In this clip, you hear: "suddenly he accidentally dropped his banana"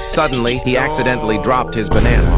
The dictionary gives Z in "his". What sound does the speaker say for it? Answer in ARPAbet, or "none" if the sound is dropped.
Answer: Z